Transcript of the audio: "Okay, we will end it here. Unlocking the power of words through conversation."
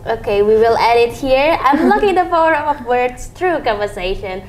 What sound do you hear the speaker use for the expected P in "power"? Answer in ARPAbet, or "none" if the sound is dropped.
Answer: F